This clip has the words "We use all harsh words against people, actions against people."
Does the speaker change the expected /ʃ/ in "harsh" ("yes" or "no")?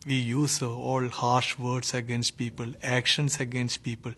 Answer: no